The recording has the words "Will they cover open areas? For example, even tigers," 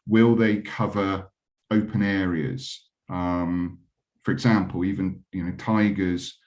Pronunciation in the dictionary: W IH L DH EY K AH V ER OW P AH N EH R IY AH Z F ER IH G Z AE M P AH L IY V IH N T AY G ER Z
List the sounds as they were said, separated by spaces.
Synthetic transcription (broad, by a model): W IH L DH EY K AH V ER OW P AH N EH R IY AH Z F ER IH G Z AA M P AH L IY V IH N T AY G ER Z